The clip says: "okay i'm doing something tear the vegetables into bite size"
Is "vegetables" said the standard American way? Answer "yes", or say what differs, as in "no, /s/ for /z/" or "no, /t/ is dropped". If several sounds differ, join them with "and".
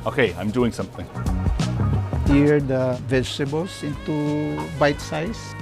no, /s/ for /t/ and /s/ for /z/